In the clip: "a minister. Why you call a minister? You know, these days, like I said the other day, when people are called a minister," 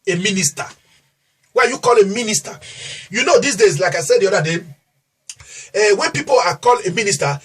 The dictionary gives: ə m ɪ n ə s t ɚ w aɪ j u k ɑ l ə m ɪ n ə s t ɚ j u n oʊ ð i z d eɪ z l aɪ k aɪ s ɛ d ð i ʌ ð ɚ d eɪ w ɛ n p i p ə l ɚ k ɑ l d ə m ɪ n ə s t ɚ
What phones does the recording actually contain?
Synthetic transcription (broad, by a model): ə m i n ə s t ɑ w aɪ j u k ɑ l ə m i n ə s t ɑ j u n oʊ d i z d eɪ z l aɪ k aɪ s ɛ d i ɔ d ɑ d eɪ w ɛ n p i p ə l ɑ k ɑ l ə m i n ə s t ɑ